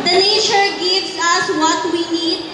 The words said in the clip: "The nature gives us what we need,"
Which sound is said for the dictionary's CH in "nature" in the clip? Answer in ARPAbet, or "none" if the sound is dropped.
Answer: SH